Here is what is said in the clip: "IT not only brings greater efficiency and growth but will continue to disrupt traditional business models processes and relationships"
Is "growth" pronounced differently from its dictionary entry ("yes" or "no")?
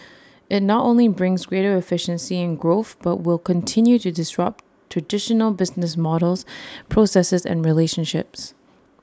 no